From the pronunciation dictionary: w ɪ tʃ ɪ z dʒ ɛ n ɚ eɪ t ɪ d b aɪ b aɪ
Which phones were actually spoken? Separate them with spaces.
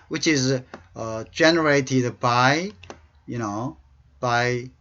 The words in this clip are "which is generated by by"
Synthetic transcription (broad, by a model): w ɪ tʃ ɪ z dʒ ɛ n ɚ eɪ t ɪ d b aɪ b aɪ